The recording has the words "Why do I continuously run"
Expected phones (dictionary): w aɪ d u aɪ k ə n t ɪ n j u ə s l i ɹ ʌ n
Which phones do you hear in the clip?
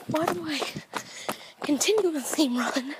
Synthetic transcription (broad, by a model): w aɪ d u aɪ k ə n t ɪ n j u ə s i ɹ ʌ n